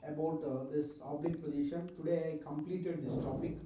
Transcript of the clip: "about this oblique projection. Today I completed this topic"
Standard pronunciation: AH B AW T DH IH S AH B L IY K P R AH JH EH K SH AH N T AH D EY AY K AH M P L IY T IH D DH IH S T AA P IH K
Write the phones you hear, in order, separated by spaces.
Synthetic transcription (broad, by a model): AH B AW T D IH S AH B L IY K P AH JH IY SH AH N T AH D EY AY K AH M P L IY T IH D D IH S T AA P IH K